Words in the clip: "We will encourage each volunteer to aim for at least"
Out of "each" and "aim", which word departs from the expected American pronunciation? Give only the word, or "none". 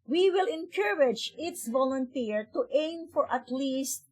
each